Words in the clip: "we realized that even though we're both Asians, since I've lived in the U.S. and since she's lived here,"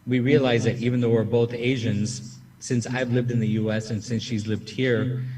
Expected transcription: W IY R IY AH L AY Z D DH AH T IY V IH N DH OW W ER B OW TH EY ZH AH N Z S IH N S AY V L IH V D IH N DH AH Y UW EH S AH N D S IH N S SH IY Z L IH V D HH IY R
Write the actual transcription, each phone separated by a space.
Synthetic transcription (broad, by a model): W IY R IY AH L AY Z DH AH T IY V IH N DH OW W ER B OW TH EY ZH AH N Z S IH N S AY V L IH V D IH N DH AH Y UW EH S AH N S IH N S SH IY Z L IH V D HH IY R